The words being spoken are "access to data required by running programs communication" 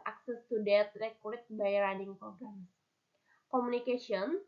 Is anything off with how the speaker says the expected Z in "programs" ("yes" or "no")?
yes